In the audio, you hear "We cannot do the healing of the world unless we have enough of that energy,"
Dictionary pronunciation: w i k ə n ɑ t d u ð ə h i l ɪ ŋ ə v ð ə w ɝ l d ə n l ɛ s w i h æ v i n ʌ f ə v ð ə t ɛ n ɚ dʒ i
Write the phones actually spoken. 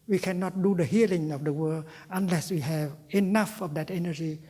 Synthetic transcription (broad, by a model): w i k ə n ɑ t d u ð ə h i l ɪ ŋ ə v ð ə w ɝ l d ə n l ɛ s w i h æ v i n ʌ f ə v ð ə t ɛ n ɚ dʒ i